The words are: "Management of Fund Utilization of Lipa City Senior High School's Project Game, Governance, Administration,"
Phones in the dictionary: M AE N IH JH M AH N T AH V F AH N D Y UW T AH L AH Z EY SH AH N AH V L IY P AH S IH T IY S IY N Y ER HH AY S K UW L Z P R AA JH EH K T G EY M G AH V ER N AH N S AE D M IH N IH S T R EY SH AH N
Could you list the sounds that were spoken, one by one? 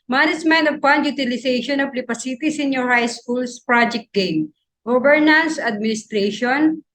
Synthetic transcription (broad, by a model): M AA N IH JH M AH N T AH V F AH N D Y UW T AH L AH S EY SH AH N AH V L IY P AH S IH T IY S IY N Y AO HH AY S K UW L S P R AA JH EH K T G EY M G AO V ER N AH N S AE D M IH N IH S T R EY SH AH N